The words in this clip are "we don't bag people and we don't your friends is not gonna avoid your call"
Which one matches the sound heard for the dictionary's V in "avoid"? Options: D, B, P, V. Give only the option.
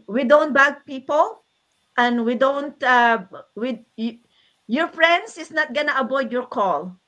B